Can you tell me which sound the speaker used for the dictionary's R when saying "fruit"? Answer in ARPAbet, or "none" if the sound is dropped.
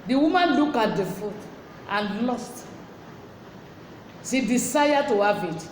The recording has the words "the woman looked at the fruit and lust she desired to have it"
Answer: none